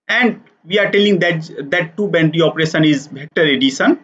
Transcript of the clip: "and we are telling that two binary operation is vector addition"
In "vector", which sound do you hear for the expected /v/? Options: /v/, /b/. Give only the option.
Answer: /b/